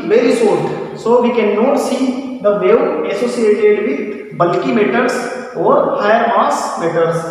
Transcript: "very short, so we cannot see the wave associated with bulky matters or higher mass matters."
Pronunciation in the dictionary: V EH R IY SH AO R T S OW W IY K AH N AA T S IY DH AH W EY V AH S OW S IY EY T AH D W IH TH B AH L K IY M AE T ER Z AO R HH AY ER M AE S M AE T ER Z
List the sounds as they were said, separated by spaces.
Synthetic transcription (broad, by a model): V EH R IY S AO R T S OW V IY K AH N AA T S IY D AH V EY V AH S OW S IY EY T AH D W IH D B AH L K IY M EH T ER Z AO R HH AY ER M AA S M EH T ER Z